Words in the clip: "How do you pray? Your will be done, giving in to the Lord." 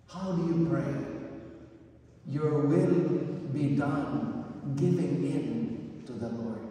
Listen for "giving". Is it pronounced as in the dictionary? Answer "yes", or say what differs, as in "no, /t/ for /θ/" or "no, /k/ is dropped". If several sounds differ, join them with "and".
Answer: yes